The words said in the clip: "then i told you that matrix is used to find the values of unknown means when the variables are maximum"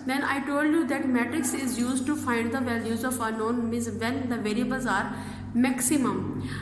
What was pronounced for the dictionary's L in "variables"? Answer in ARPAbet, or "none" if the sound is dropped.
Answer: none